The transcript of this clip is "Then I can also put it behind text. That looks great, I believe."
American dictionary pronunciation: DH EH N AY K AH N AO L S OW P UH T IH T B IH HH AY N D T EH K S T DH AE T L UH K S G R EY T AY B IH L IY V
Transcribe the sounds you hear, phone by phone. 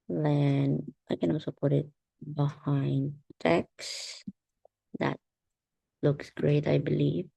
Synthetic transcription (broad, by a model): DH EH N AY K AH N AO S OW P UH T IH T B IH HH AY N D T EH K S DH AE T L UH K S G R EY T AY B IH L IY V